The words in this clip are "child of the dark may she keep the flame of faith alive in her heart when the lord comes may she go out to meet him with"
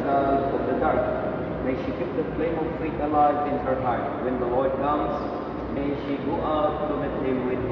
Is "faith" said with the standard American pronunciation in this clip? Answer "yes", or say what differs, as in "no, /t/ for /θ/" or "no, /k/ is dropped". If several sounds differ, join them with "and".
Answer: no, /t/ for /θ/